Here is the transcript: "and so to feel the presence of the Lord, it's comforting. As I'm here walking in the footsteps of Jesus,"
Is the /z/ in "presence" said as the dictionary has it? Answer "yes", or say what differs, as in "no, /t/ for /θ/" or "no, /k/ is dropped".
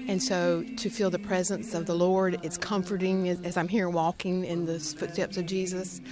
yes